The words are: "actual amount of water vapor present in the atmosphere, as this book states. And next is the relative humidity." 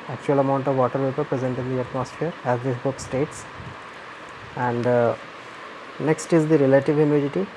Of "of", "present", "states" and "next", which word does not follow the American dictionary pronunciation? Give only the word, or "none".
none